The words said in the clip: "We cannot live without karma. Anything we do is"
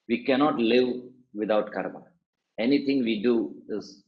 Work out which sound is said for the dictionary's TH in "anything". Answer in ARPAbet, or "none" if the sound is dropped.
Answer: T